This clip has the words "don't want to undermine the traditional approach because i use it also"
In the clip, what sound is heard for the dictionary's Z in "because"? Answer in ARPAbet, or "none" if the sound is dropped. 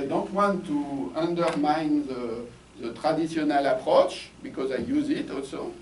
Z